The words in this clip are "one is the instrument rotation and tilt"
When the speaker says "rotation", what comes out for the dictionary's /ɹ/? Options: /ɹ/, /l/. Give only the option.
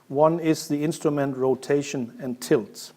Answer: /ɹ/